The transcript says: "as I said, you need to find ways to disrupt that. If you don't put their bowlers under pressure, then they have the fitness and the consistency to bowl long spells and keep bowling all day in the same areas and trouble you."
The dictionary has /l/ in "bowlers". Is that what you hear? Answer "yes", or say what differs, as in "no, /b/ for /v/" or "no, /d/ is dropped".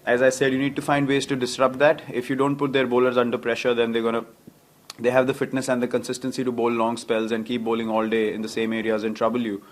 yes